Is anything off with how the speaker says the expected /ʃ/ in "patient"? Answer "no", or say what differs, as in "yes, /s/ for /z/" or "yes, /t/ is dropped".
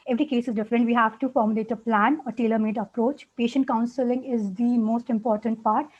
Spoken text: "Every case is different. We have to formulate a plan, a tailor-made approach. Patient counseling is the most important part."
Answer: no